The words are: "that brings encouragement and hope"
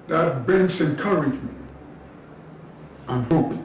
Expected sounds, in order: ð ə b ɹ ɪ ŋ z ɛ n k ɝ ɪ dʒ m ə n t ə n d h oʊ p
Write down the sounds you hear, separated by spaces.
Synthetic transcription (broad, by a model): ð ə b ɪ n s ɛ n k ɝ ɪ dʒ m ə n t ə n h oʊ p